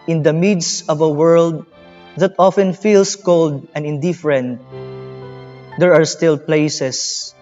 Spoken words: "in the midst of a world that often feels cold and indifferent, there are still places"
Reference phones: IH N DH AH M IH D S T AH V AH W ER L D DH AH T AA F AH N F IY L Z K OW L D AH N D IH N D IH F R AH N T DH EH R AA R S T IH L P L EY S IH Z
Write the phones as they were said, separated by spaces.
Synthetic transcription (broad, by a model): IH N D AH M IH D S AH V AH W ER L D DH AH T AA F AH N F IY L S K OW L D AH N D IH N D IH F R AH N T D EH R AA R S T IH L P L EY S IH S